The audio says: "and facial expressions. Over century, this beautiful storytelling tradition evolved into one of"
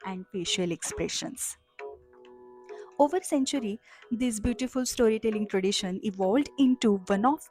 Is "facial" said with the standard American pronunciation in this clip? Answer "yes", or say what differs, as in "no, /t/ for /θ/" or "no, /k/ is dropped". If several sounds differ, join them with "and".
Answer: no, /p/ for /f/